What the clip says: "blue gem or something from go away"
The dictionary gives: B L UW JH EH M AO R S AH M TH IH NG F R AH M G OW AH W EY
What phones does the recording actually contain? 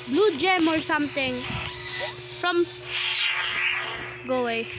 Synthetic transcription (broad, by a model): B L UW JH EH M AO R S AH M T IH NG F R AH M G OW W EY